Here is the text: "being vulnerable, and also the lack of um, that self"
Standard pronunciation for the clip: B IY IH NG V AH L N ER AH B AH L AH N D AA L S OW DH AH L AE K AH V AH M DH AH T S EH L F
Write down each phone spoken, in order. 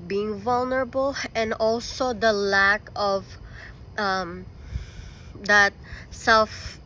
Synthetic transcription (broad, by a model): B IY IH NG V AH L N ER AH B AH L AH N D AA L S OW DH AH L AE K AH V AH M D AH T S EH L F